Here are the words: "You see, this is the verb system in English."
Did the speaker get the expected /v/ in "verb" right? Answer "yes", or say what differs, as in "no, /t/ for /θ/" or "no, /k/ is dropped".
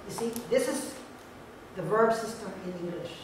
yes